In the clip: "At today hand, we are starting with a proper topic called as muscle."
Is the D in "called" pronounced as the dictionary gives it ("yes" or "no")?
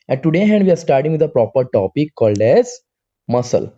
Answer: yes